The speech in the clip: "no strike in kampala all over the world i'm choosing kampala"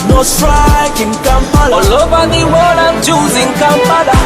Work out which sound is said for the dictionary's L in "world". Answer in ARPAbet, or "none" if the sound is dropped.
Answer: none